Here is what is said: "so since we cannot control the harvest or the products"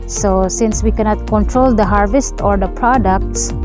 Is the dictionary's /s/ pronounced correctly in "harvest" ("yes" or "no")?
yes